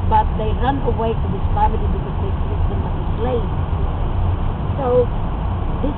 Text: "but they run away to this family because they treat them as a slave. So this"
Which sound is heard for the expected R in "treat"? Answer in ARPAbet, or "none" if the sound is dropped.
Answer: none